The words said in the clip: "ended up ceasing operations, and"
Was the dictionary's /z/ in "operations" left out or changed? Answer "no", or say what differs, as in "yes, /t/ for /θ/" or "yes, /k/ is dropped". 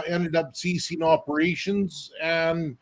no